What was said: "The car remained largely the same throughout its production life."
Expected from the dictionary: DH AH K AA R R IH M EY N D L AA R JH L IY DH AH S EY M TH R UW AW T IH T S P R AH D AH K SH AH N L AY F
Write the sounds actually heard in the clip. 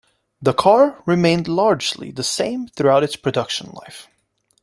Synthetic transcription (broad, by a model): DH AH K AA R R IH M EY N D L AA R JH L IY DH AH S EY M TH R UW AW T IH T S P R AH D AH K SH AH N L AY F